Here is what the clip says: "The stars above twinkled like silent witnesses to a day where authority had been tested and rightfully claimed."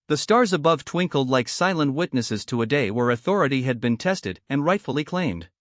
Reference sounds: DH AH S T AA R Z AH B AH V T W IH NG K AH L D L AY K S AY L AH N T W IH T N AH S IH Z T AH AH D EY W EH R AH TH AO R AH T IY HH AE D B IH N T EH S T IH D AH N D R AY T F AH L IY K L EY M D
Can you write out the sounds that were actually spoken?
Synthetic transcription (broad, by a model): DH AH S T AA R Z AH B AH V T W IH NG K L D L AY K S AY L AH N T W IH T N AH S IH Z T AH AH D EY W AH R AH TH AO R AH T IY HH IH D B IH N T EH S T IH D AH N R AY T F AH L IY K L EY M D